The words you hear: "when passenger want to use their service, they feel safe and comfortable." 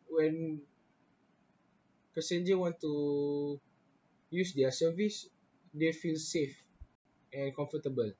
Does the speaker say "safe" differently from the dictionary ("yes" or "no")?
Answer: no